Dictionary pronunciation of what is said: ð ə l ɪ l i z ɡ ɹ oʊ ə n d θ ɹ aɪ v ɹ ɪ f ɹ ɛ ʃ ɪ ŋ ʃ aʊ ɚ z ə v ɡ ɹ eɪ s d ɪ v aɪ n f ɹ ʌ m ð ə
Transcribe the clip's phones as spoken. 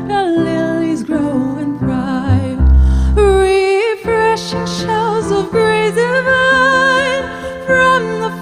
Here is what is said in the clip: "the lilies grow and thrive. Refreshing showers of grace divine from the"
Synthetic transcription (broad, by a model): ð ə l ɪ l i z ɡ ɹ oʊ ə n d ɹ aɪ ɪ ɹ ɪ f ɹ ɛ ʃ ɪ ŋ ʃ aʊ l z ə v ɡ ɹ eɪ d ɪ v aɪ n f ɹ ʌ m ð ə